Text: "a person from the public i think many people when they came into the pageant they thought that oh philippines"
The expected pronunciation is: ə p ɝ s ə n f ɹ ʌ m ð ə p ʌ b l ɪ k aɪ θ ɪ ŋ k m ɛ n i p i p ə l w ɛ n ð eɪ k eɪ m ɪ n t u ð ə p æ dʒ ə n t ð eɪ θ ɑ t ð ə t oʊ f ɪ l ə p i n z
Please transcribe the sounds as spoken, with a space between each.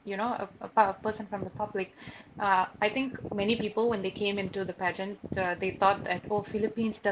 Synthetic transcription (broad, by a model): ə p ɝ s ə n f ɹ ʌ m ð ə p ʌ b l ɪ k aɪ t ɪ ŋ k m ɛ n i p i p ə l w ɛ n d eɪ k eɪ m ɪ n t u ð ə p æ dʒ ə n t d eɪ t ɑ t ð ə t oʊ f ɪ l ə p i n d